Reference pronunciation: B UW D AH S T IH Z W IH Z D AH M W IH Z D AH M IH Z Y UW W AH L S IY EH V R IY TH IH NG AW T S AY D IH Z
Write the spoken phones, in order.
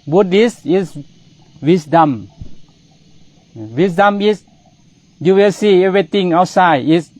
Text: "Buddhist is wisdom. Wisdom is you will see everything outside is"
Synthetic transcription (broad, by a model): B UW D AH S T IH S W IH S D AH M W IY S D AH M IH S Y UW W AH L S IY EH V R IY T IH NG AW T S AY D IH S